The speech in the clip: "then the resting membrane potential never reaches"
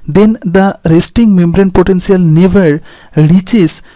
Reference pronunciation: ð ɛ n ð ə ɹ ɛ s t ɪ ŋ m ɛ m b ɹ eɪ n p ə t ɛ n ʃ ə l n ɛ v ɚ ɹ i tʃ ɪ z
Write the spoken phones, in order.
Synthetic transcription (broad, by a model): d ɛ n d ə ɹ ɛ s t ɪ ŋ m ɛ m b ɹ eɪ n p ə t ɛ n s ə l n ɛ v ɚ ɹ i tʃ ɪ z